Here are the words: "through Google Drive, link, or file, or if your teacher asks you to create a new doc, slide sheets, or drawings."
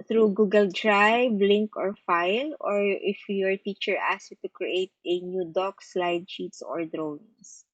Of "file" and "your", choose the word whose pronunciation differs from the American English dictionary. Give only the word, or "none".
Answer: none